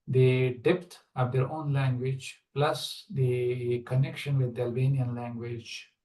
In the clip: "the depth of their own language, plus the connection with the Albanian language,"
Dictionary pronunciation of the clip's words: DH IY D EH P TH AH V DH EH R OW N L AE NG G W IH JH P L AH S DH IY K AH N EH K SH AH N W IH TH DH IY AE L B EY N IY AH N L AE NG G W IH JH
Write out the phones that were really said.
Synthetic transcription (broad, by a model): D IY D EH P T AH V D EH R OW N L AE NG G W IH JH P L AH S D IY K AH N EH K SH AH N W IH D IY AE L B EY N IY AH N L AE NG G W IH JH